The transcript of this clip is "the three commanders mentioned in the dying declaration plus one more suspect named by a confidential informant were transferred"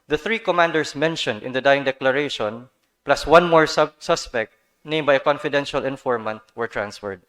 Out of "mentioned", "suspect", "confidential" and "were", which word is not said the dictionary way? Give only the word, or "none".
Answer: none